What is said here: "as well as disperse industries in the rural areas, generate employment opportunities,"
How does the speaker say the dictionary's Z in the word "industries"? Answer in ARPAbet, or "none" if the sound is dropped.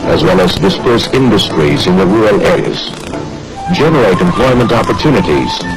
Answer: Z